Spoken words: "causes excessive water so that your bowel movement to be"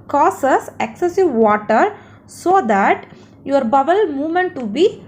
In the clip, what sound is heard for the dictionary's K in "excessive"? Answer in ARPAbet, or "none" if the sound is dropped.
K